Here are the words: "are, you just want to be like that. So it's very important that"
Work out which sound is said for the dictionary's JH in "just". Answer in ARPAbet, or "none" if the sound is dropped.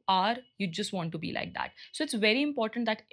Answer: JH